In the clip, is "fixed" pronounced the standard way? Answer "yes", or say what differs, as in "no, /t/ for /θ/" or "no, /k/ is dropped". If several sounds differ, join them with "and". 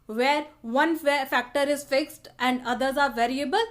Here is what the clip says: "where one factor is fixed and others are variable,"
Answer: yes